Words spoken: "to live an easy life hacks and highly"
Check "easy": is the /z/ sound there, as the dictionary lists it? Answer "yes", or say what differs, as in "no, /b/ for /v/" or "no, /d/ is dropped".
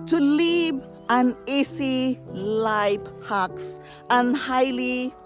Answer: no, /s/ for /z/